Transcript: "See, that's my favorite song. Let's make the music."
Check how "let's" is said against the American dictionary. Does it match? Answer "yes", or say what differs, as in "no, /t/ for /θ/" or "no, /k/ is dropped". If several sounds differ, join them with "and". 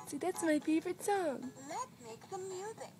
no, /s/ is dropped